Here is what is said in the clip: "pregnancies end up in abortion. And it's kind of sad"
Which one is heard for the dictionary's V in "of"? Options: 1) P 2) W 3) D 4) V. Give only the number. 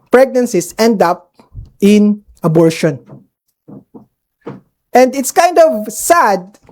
4